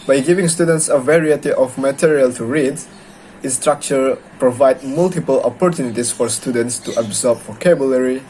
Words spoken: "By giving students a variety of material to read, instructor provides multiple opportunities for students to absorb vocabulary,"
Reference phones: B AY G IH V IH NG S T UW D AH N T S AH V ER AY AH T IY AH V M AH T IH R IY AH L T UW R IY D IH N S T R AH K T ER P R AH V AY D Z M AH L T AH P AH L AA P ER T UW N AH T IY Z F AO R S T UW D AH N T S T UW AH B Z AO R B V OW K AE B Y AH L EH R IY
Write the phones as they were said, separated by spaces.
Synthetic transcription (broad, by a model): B AY G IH V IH NG S T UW D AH N T S AH V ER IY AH T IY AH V M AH T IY R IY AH L T UW R IY D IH S T R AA K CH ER P R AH V AY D M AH L T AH P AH L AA P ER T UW N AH T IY S F AO R S T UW D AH N T S T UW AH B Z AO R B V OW K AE B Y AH L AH R IY